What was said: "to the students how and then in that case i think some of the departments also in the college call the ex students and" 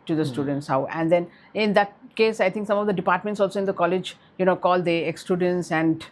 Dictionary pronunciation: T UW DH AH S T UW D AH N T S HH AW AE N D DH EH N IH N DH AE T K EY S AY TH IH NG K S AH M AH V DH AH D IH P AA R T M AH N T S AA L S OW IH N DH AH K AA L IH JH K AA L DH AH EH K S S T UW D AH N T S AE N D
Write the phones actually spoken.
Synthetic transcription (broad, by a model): T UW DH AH S T UW D AH N T S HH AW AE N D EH N IH N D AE T K EY S AY T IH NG K S AH M AH V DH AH D IH P AA R T M AH N T S AA L S OW IH N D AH K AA L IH JH K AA L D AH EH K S S T UW D AH N T S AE N D